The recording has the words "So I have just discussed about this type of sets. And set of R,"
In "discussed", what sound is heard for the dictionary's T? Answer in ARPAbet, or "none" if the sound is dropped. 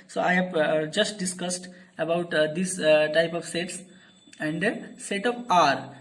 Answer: T